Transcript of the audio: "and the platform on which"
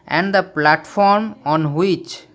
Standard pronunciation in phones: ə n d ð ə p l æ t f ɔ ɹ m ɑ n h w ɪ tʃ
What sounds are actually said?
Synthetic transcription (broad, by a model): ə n d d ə p l æ t f ɔ ɹ m ɑ n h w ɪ tʃ